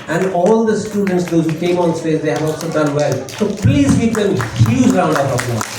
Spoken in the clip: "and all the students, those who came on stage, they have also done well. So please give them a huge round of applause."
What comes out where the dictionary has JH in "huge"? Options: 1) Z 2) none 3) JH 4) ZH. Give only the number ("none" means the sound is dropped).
1